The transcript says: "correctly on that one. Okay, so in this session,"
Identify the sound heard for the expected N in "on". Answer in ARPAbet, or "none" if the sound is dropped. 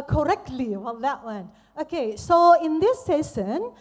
L